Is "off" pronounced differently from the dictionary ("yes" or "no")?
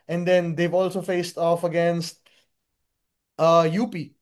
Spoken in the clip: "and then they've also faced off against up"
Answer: no